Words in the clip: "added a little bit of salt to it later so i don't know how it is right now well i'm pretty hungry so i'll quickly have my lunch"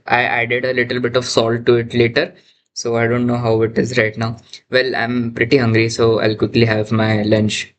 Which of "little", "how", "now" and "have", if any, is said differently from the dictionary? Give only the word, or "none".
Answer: none